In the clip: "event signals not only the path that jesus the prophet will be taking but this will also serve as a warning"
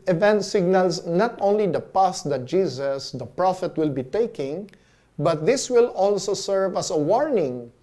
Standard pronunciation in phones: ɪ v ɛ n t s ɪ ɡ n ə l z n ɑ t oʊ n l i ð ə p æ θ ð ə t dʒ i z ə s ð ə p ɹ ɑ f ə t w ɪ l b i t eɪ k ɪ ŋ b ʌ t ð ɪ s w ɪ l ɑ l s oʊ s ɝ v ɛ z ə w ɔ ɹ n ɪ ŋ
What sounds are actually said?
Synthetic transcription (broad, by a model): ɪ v ɛ n t s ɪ ɡ n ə l s n ɑ t oʊ n l i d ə p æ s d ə t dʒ i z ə s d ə p ɹ ɑ f ə t w ɪ l b i t eɪ k ɪ ŋ b ʌ t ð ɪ s w ɪ l ɑ l s oʊ s ɝ v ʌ s ə w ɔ ɹ n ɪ ŋ